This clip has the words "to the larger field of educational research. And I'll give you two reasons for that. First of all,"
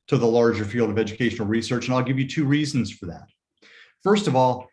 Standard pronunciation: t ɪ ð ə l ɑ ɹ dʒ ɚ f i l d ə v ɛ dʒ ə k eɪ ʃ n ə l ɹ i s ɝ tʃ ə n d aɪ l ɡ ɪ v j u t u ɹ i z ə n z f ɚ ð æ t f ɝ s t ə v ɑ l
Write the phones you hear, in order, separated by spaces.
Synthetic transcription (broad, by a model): t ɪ ð ə l ɑ ɹ dʒ ɚ f i l d ə v ɛ dʒ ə k eɪ ʃ n l ɹ i s ɝ tʃ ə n aɪ l ɡ ɪ v j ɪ t u ɹ i z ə n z f ɚ ð æ t f ɝ s t ə v ɑ l